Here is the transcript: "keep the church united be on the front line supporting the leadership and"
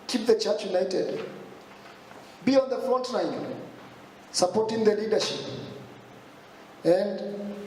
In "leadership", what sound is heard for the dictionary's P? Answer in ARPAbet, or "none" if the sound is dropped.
P